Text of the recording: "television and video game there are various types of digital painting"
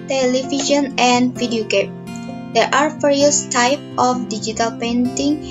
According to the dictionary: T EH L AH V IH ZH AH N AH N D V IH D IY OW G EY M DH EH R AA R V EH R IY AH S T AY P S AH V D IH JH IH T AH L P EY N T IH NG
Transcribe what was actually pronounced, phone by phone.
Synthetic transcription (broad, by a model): T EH L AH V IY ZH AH N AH N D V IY D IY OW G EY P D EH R AA R F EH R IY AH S T AY P AH F D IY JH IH T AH L P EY N T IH NG